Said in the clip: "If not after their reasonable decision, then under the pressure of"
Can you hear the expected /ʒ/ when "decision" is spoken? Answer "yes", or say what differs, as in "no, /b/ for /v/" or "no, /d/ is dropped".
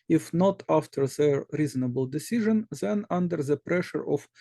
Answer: yes